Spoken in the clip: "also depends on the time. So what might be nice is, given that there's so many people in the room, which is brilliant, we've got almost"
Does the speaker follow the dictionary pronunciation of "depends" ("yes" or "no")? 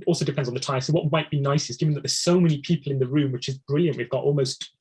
yes